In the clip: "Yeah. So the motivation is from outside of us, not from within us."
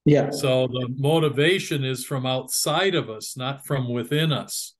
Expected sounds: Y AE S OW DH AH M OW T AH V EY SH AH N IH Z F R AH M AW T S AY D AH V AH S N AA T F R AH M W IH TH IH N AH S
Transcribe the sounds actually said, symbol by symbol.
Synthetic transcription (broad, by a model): Y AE S OW DH AH M OW T AH V EY SH AH N IH Z F R AH M AW T S AY D AH V AH S N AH T F R AH M W IH TH IH N AH S